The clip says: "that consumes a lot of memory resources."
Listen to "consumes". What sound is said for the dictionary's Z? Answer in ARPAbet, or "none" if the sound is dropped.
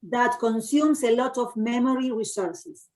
S